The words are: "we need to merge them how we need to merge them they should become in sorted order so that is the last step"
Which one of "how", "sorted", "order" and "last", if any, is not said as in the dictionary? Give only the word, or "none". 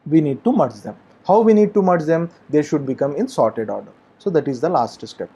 none